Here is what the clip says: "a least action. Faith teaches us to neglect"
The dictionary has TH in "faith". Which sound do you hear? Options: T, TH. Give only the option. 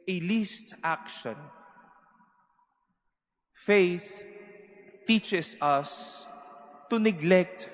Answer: TH